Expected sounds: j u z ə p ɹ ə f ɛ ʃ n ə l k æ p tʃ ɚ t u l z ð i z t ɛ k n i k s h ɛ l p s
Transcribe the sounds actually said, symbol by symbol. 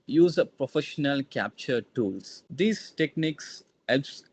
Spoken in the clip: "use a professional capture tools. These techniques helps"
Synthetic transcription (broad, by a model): j u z ə p ɹ ə f ɛ ʃ n ə l k æ p tʃ ɚ t u l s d i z t ɛ k n i k s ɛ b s